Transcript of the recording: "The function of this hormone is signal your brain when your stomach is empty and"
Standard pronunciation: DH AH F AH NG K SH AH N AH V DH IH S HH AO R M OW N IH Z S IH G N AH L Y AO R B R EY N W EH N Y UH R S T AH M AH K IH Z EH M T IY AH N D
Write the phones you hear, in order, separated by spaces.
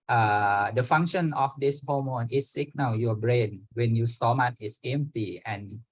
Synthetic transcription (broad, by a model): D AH F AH NG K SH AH N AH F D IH S HH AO M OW N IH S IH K N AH W Y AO B R EY N W EH N Y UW S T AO M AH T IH S EH M T IY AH N